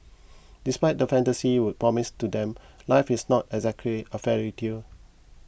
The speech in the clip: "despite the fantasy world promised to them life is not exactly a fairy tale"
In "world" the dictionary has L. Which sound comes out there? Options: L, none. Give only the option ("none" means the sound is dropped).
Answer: none